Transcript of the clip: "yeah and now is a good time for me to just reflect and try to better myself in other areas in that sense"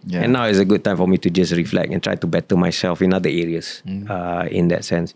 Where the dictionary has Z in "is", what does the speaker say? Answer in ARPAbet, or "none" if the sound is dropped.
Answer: S